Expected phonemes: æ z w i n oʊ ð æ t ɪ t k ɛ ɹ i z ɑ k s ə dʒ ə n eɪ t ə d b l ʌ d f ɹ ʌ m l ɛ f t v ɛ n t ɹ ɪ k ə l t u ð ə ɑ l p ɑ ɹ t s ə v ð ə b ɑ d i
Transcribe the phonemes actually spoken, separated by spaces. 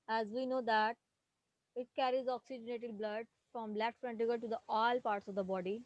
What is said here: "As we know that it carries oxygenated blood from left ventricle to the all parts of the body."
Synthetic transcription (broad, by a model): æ z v i n oʊ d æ t ɪ t k ɛ ɹ i z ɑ k s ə dʒ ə n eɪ t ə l b l ʌ d f ɹ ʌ m l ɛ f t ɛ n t ɪ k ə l t u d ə ɑ l p ɑ ɹ t s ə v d ə b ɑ d i